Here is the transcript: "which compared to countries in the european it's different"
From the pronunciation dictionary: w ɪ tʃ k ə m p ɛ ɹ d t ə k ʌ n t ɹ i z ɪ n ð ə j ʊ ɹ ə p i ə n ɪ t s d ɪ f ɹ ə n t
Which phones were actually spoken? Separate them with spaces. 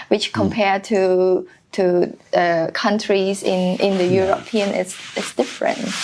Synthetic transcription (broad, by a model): w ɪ tʃ k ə m p ɛ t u t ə k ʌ n t ɹ i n ɪ n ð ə j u ɹ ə p i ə n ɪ s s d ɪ f ɹ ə n t